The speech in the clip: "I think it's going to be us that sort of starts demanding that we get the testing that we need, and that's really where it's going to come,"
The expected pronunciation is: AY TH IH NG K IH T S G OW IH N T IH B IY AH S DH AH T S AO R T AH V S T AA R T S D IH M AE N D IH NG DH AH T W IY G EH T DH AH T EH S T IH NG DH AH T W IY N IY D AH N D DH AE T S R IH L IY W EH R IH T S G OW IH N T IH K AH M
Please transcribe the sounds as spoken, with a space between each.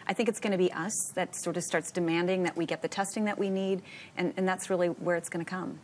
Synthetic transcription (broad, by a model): AY TH IH NG K IH T S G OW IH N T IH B IY AH S DH AH T S AO R T AH V S T AA R T S D IH M AE N D IH NG DH AH T W IY G EH T DH AH T EH S T IH NG DH AH T W IY N IY D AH N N DH AE T S R IH L IY W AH R IH T S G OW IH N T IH K AH M